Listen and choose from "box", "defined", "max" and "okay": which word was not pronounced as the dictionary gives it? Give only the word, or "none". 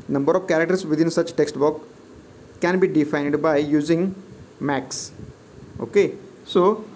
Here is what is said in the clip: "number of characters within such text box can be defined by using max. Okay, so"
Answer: box